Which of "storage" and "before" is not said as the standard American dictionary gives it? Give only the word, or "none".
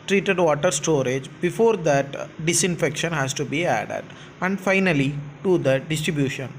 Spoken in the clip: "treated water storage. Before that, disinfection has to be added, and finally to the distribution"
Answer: none